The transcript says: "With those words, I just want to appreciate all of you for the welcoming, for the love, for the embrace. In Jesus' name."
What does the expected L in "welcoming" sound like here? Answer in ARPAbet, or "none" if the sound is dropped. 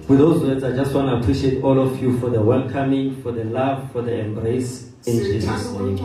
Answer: L